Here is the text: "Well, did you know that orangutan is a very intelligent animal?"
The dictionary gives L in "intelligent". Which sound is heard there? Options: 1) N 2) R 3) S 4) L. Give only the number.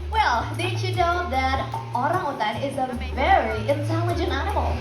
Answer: 4